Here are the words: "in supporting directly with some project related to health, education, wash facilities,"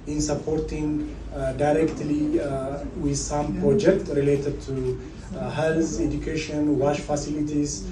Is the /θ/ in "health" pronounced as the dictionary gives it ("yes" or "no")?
no